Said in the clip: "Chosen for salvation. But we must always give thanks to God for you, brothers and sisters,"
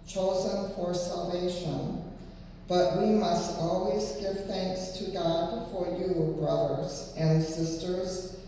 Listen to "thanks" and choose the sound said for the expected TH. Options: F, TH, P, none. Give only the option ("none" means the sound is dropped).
TH